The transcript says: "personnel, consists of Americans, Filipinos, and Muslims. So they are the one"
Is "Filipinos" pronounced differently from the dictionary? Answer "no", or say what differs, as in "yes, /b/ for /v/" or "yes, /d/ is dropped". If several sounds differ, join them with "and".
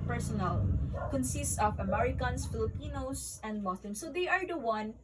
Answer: yes, /s/ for /z/